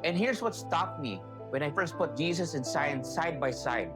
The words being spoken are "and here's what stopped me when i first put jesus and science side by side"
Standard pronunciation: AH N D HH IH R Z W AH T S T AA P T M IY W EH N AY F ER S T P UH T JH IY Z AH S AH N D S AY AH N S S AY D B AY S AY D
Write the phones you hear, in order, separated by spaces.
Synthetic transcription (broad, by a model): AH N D HH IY R S W AH T S T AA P M IY W EH N AY F ER S T P UH T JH IY S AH S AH N S AY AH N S S AY D B AY S AY D